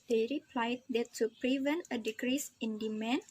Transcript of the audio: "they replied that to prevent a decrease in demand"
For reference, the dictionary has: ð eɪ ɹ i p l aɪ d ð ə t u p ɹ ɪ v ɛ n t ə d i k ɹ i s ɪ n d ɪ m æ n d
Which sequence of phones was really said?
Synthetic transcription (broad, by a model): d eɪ ɹ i p l aɪ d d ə t u p ɹ ɪ v ɛ n t ə d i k ɹ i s ɪ n d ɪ m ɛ n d